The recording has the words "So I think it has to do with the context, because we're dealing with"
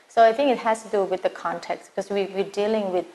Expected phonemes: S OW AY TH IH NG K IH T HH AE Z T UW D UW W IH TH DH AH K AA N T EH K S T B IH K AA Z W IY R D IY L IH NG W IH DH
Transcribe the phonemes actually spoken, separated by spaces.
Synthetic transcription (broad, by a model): S OW AY TH IH NG K IH T HH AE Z T UW D UW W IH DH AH K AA N T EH K S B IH K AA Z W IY W D IY L IH NG W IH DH